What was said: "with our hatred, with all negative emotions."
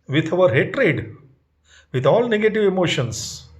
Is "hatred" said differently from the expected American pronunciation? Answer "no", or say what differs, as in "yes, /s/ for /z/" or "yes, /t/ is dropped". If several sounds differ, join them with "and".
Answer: no